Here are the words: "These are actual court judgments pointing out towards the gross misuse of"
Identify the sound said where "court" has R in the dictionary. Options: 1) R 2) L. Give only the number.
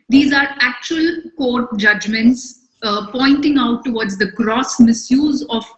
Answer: 1